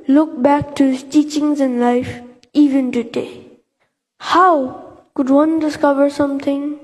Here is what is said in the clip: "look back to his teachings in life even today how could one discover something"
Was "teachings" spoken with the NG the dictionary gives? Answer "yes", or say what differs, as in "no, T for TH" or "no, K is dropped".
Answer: yes